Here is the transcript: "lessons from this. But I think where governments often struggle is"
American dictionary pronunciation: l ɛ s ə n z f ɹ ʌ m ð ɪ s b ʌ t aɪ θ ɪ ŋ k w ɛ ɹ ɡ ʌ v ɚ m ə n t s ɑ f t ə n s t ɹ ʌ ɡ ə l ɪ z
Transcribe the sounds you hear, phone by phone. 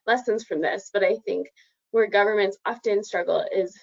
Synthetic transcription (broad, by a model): l ɛ s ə n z f ɹ ʌ m ð ɪ s b ʌ t aɪ θ ɪ ŋ k w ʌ ɹ ɡ ʌ v ɚ m ə n t s ɑ f t ə n s t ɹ ʌ ɡ l ɪ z